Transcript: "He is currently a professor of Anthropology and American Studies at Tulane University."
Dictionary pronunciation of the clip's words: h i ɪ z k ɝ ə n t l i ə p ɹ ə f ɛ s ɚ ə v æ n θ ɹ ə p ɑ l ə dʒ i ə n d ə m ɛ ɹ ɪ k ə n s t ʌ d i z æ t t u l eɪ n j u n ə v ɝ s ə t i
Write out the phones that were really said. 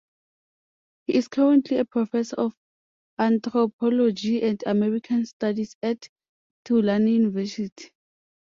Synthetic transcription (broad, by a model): h i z k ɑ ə n t l i ə p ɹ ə f ɛ s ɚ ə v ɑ n t ɹ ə p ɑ l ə dʒ i ə n d ə m ɛ ɹ ɪ k ə n s t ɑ d i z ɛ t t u l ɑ n j u n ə v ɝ s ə t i